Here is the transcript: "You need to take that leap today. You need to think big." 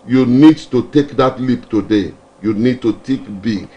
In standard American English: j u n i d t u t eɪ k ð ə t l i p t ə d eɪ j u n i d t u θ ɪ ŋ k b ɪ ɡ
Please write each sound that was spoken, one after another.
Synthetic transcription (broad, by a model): j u n i d t u t eɪ k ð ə t l i p t ə d eɪ j u n i d t u t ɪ k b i